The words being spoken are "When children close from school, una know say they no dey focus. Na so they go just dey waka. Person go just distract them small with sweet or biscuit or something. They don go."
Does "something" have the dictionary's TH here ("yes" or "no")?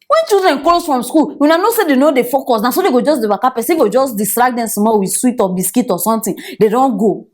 no